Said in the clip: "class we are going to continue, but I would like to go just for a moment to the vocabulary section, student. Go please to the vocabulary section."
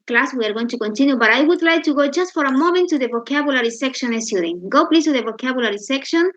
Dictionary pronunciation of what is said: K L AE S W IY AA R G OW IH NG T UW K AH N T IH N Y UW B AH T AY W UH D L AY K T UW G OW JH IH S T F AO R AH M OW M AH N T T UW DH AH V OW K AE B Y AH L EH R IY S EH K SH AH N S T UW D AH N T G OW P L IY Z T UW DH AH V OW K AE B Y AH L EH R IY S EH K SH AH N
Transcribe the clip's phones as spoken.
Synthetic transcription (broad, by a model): K L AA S W IY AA R G OW IH NG T UW K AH N T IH N Y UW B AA T AY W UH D L AY K T UW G OW JH IH S T F AO R AH M OW M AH N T T UW DH AH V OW K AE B Y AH L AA R IY S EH K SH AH N S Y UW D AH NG G OW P L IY S T UW DH AH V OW K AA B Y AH L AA R IY S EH K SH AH N